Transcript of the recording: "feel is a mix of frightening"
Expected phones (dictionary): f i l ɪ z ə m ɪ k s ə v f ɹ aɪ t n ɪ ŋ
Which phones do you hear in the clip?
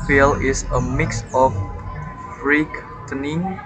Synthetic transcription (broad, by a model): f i l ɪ s ə m ɪ k s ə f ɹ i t n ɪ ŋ